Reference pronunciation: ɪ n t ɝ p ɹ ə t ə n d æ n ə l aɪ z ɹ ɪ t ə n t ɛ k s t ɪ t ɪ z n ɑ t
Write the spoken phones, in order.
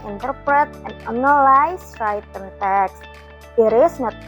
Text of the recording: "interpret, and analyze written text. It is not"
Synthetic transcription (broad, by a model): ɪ n t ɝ p ɹ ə t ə n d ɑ n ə l aɪ s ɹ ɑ t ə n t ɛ k s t ɪ t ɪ s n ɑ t